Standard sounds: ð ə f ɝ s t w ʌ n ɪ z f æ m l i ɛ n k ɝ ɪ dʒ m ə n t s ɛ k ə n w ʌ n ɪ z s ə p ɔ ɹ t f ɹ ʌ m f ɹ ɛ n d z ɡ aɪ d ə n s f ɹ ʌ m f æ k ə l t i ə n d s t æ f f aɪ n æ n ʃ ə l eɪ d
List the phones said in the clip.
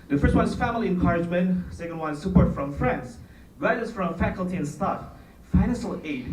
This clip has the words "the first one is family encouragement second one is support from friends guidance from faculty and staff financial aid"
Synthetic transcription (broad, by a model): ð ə f ɝ s t w ʌ n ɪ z f æ m l i ɛ n k ɝ ɪ dʒ m ə n t s ɛ k ə n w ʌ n s ə p ɔ ɹ t f ɹ ʌ m f ɹ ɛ n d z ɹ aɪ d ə s f ɹ ʌ m f æ k ə l t i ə n s t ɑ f f aɪ n æ n ʃ ə l eɪ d